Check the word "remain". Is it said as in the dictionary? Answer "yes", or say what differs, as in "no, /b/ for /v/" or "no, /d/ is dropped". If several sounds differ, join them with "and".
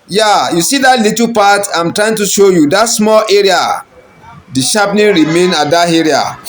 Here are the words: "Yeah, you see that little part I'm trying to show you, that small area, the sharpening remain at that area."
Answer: yes